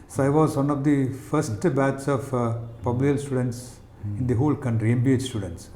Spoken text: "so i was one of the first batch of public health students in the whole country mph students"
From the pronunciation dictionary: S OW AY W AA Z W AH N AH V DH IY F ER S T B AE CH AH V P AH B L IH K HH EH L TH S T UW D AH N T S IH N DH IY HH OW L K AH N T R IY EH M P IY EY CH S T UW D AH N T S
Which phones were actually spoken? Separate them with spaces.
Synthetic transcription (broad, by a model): S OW AY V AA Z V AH N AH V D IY F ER S T B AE S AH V P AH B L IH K L S T UW D AH N T S IH N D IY HH OW L K AH N T R IY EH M B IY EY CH S T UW D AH N T S